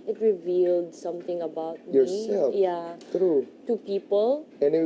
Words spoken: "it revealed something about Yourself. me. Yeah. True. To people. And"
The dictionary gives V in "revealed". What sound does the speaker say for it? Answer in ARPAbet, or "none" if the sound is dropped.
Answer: V